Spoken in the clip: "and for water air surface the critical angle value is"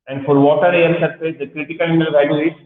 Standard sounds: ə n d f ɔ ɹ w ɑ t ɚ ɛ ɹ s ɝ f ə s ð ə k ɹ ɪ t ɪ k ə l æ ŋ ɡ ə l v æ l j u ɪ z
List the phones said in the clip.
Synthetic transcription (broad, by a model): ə n d f ɔ ɹ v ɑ t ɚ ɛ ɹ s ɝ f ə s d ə k ɹ ɪ t ɪ k ə l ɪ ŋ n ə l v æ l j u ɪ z